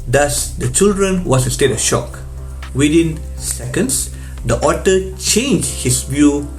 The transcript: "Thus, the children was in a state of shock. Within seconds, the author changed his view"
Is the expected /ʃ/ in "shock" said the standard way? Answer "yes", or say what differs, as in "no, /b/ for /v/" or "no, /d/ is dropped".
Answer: yes